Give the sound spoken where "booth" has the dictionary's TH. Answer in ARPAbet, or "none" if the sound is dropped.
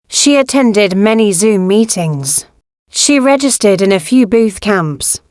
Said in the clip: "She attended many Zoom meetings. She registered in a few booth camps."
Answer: TH